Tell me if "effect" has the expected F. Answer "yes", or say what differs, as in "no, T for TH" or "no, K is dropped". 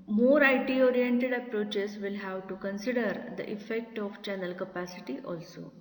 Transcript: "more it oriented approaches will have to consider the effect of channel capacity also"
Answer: yes